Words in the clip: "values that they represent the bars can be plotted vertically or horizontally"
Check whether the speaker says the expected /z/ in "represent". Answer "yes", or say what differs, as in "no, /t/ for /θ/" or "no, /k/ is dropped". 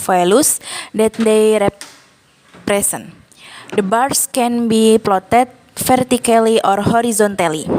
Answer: no, /s/ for /z/